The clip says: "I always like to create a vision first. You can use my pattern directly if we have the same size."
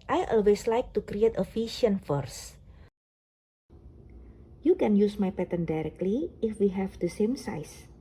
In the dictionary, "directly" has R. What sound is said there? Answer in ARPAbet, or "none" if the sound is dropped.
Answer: R